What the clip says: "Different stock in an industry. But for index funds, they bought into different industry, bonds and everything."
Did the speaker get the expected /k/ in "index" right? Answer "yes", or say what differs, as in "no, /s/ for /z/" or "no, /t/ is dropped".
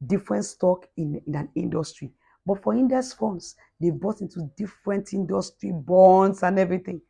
no, /k/ is dropped